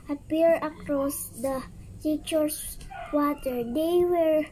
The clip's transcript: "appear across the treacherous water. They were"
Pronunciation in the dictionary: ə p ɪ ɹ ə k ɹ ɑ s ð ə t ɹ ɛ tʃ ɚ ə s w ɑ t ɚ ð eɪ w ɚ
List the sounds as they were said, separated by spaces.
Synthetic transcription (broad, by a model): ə p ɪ ɹ ə k ɹ ɑ s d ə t i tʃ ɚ s w ɑ t ɚ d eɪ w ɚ